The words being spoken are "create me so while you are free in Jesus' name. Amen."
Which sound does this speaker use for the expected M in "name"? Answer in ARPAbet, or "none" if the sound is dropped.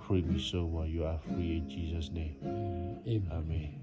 M